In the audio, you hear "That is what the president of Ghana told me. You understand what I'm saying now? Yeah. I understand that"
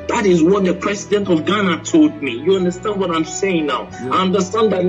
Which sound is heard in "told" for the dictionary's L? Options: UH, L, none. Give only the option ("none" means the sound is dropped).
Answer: L